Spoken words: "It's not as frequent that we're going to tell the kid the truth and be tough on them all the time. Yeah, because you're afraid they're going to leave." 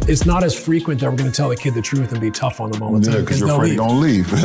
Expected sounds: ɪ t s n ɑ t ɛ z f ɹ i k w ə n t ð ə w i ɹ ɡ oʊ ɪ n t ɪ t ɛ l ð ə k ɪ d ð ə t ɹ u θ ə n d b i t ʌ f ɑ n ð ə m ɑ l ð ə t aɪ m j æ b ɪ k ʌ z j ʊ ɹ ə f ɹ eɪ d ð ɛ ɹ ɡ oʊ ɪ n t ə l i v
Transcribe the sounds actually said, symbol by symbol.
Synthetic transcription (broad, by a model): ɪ t s n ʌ t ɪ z f ɹ i k w ə n t ð ə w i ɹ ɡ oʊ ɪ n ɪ t ɛ l ð ə k ɪ d ð ə t ɹ u θ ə n b i t ʌ f n ð ə m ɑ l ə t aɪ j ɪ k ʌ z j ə ɹ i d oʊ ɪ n l i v